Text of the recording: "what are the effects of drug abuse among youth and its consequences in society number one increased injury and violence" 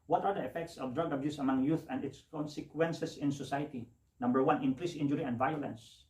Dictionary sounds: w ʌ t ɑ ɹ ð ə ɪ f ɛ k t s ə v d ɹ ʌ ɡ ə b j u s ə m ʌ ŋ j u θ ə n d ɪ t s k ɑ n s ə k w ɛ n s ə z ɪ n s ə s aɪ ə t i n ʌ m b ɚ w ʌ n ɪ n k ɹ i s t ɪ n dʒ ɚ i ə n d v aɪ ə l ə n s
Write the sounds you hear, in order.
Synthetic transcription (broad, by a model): w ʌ t ɑ ɹ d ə ɪ f ɛ k t s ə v d ɹ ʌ ɡ ə b j u s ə m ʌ ŋ j u θ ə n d ɪ t s k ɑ n s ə k w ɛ n s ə s ɪ n s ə s aɪ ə t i n ʌ m b ɚ w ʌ n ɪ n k ɹ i s ɪ n dʒ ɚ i ə n d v aɪ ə l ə n s